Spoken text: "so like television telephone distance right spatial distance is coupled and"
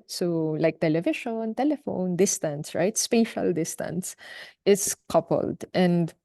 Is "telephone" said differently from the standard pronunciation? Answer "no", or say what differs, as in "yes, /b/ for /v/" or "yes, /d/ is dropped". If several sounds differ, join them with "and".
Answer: no